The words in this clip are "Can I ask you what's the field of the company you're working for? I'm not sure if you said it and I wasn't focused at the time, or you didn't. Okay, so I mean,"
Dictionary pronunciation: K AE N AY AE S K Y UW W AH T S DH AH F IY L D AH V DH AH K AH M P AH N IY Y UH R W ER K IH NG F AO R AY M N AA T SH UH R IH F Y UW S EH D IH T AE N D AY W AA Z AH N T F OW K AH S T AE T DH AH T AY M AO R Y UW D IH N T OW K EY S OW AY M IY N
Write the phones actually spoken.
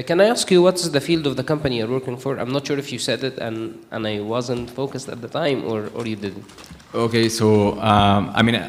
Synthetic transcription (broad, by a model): K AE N AY AE S K Y UW W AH T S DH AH F IY L D AH V DH AH K AH M P AH N IY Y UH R W ER K IH NG F AO R AY M N AA T SH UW R IH F Y UW S EH D IH T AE N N AY W AA Z AH N T F OW K AH S T AE T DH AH T AY M AO R Y UW D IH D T OW K EY S OW AY M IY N